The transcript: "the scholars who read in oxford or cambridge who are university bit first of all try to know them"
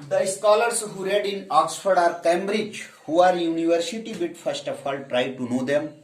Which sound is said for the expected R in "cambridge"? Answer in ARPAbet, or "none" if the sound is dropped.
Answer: R